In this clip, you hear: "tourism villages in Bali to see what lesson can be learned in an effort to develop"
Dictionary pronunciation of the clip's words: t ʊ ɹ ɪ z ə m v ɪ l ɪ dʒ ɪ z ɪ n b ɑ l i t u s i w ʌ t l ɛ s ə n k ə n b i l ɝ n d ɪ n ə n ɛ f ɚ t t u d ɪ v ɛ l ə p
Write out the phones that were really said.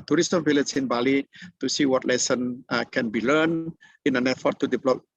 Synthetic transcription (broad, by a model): t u ɹ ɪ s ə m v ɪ l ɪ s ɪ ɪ n b ɑ l i t u s i w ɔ t l ɛ s ə n k ə n b i l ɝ n ɪ n ə n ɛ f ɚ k t u d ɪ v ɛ l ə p